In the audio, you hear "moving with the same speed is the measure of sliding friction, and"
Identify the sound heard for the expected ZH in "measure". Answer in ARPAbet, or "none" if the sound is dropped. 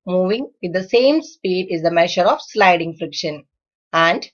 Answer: SH